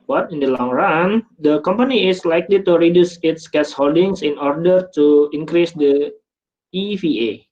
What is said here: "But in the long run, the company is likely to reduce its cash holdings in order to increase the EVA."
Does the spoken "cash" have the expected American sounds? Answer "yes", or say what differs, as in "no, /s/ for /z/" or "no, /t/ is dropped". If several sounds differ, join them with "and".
no, /s/ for /ʃ/